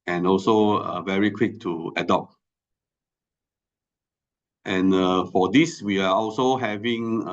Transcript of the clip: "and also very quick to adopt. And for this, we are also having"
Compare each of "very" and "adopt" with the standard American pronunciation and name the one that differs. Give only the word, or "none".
none